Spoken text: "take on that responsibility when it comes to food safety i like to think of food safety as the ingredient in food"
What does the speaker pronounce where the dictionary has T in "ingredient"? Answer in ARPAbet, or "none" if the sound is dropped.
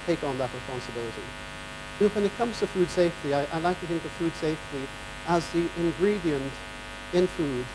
T